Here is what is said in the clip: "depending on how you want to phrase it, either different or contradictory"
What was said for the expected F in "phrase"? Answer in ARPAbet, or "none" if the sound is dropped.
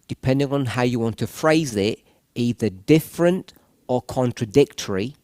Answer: F